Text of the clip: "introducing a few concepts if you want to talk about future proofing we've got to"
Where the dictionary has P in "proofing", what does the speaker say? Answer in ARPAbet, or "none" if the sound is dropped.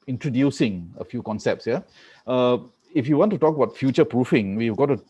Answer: P